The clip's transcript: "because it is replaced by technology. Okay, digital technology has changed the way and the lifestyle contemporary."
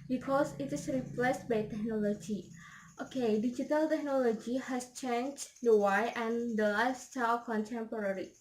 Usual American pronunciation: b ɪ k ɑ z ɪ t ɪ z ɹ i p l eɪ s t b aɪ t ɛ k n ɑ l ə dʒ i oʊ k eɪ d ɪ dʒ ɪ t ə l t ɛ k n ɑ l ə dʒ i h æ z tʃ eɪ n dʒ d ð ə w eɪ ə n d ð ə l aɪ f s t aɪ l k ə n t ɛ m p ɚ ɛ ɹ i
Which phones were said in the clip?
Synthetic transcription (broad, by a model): b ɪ k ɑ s ɪ t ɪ s ɹ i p l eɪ s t b aɪ t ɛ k n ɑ l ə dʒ i oʊ k eɪ d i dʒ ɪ t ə l t ɛ k n ɑ l ə dʒ i h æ s tʃ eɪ n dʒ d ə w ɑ ə n d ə l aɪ s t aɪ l k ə n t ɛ m p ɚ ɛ ɹ i